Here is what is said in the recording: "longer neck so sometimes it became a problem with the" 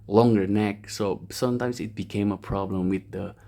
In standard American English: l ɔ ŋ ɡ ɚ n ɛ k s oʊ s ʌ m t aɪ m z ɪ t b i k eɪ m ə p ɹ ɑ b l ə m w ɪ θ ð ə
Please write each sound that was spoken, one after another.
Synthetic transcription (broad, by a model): l ɔ ŋ ɡ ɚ n ɛ k s oʊ s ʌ m t aɪ m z ɪ t b i k eɪ m ə p ɹ ɑ b l ə m w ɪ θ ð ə